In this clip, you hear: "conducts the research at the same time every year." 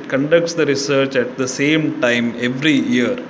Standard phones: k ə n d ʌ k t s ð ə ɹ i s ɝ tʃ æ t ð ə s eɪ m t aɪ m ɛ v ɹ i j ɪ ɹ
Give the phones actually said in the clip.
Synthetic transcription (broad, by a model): k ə n d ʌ k t s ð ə ɹ i s ɝ tʃ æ t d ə s eɪ m t aɪ m ɛ v ɹ i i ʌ ɹ